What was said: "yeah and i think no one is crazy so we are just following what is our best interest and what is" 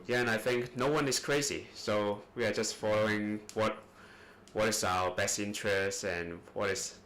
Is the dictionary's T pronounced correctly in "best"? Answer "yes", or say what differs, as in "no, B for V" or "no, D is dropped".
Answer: yes